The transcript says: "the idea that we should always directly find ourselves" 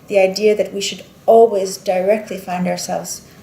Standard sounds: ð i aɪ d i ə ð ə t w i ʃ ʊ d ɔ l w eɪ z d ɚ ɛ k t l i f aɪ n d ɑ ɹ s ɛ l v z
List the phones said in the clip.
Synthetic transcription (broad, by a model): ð i aɪ d i ə ð ə t w i ʃ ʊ d ɔ l w eɪ z d ɚ ɛ k t l i f aɪ n d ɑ ɹ s ɛ l v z